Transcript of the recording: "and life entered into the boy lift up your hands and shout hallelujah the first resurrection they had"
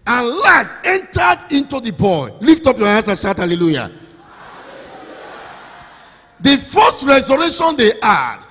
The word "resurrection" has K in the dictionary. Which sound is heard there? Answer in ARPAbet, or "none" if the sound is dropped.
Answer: none